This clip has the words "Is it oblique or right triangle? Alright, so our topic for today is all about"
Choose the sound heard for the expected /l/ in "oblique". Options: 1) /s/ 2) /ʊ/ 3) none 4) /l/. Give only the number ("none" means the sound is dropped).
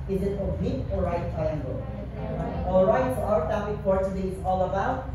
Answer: 3